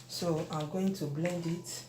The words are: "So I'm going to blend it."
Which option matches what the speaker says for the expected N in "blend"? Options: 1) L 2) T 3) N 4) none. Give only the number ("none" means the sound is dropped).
3